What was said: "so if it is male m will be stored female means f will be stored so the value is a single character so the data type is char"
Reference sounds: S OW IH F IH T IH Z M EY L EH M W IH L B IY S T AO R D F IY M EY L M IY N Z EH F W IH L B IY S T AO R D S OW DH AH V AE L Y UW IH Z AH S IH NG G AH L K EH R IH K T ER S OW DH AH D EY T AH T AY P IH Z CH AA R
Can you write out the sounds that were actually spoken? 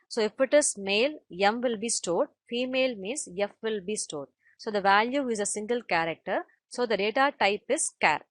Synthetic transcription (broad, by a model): S OW IH F IH T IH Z M EY L EH M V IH L B IY S T AO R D F IY M EY L M IY N S EH F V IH L B IY S T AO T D S OW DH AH V AE L Y UW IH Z AH S IH NG G AH L K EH R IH K T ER S OW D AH D EY T AH T AY P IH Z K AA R